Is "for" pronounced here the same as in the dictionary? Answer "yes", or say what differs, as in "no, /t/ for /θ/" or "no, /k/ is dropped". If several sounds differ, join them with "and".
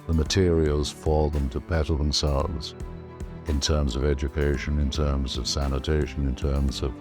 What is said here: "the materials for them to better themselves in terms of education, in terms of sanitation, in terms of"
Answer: no, /l/ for /ɹ/